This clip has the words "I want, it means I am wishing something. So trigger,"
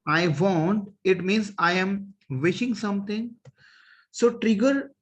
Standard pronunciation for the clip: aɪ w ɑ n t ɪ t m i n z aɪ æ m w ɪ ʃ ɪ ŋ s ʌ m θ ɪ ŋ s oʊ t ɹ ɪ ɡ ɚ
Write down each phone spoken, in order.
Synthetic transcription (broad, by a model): aɪ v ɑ n t ɪ t m i n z aɪ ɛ m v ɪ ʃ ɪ ŋ s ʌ m t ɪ ŋ s oʊ t ɹ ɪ ɡ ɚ